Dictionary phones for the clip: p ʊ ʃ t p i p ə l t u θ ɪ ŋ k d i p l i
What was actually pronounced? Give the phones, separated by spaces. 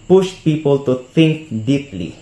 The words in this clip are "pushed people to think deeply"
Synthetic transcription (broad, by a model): p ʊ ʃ t p i p ə l t u t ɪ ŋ k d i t l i